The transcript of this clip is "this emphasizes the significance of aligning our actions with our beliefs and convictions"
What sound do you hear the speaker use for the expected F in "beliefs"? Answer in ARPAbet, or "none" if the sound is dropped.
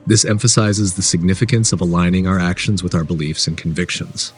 F